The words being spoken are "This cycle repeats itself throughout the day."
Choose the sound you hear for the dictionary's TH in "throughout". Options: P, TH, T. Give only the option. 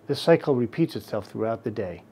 TH